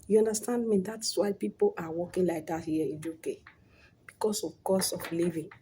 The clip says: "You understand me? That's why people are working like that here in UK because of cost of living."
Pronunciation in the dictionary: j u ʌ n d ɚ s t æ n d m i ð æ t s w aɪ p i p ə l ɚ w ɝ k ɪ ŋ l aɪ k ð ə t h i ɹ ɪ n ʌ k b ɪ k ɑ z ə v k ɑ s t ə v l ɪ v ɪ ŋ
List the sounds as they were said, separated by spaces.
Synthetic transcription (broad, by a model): j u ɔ n d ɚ s t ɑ n d m i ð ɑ t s w aɪ p i p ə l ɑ w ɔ k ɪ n l aɪ k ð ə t h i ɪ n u k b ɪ k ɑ s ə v k ɑ s ə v l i v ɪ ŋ